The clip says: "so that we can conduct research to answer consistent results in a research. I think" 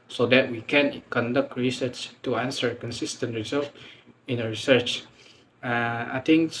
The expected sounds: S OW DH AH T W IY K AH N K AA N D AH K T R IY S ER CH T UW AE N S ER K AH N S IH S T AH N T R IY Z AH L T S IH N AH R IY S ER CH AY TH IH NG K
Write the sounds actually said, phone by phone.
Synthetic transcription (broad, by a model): S OW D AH T W IY K AH N K AA N D AH K T R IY S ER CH T UW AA N S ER K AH N S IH S T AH N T R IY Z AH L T IH N AH R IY S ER CH AY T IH NG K